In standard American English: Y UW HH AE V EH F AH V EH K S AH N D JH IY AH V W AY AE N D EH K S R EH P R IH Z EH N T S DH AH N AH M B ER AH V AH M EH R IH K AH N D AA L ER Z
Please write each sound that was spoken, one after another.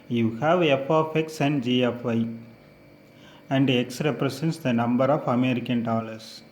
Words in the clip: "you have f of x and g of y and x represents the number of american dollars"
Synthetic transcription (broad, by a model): Y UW HH AE V EH F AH F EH K S AH N D JH IY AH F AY AE N D EH K S R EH P R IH S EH N T S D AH N AH M B ER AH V AH M EH R IH K AH N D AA L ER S